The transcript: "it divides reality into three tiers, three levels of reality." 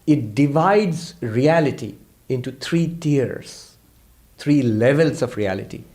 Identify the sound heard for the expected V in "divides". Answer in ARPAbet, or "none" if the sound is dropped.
V